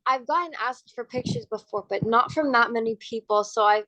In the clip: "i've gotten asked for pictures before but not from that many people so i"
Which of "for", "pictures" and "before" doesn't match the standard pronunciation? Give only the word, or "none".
none